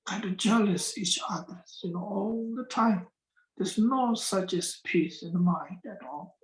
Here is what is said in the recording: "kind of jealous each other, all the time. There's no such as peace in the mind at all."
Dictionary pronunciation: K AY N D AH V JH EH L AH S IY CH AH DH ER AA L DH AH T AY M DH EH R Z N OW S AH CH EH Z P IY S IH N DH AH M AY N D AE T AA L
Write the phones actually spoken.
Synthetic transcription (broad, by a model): K AY N D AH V JH EH L AH S IY CH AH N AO AA L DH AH T AY M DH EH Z N OW S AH CH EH S P IY S IH N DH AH M AY N D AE T AA L